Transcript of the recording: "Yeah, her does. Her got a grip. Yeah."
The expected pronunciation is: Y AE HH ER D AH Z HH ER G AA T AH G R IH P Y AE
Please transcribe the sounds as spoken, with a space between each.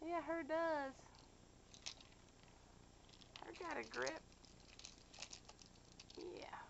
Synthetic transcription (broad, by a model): Y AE HH ER D AH Z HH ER G AA T AH G R IH P Y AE